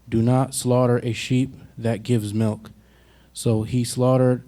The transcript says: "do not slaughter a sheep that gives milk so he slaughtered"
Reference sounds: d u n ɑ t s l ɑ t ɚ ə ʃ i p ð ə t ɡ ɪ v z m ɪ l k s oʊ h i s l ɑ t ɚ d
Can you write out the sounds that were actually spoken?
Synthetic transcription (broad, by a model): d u n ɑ t s l ɑ t ɚ ə ʃ i p ð ə t ɡ ɪ v z m ɪ l k s oʊ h i s l ɑ t ɚ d